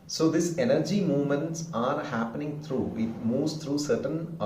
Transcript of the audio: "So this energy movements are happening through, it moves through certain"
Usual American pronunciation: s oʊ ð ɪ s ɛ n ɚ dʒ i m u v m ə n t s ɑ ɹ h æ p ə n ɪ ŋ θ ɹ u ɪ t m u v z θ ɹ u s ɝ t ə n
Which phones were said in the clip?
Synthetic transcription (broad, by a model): s oʊ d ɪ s ɛ n ɚ dʒ i m u v m ə n t s ɑ ɹ h æ p ə n ɪ ŋ t ɹ u ɪ t m u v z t ɹ u s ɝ t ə n